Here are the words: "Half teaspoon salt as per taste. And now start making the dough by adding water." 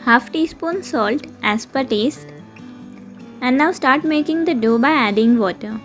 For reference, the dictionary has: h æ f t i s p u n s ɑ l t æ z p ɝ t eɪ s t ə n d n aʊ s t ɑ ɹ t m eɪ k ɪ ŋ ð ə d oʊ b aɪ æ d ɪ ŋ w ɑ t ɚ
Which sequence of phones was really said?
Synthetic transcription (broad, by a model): h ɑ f t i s p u n s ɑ l t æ s p ɝ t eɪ s t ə n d n aʊ s t ɑ ɹ t m eɪ k ɪ ŋ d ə d oʊ b aɪ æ d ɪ ŋ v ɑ t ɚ